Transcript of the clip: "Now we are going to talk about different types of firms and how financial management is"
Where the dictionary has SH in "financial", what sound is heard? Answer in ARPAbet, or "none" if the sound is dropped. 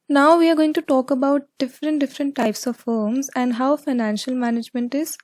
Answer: SH